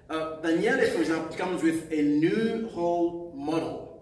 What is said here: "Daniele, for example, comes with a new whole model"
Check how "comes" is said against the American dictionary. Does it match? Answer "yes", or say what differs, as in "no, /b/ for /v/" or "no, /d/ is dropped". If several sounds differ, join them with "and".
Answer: yes